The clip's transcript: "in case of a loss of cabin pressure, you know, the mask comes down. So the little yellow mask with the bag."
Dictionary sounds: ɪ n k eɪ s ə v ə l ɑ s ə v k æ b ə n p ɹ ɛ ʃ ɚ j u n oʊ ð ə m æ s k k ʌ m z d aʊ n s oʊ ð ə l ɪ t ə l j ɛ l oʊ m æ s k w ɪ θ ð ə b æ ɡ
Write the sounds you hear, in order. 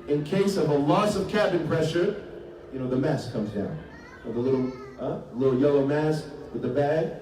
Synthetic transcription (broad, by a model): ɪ n k eɪ s ə v ə l ɑ s ə v k æ b ə n p ɹ ɛ ʃ ɚ j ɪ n oʊ ð ə m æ s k k ʌ m z d aʊ n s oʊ ð ə l ɪ t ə l j ɛ l oʊ m æ s k w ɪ ð ə b æ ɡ